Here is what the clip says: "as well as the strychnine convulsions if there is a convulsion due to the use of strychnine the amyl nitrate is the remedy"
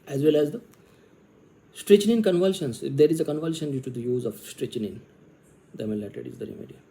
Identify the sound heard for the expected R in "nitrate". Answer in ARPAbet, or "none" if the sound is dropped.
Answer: none